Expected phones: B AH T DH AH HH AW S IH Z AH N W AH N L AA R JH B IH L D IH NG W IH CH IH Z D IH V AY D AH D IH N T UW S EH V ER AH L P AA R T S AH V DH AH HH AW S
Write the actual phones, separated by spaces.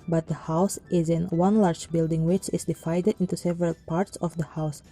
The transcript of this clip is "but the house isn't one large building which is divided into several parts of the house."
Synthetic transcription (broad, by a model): B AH T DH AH HH AW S IH Z AH N W AH N L AA R JH B IH L D IH NG W IH CH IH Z D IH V AY D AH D IH N T UW S EH V ER AH L P AA R T S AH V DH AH HH AW S